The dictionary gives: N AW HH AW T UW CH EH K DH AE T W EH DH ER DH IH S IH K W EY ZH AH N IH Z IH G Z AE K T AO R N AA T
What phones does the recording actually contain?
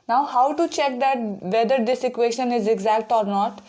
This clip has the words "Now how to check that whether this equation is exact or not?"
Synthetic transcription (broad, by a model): N AW HH AW T UW CH EH K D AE T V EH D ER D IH S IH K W EY SH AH N IH Z IH G Z AE K T AO R N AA T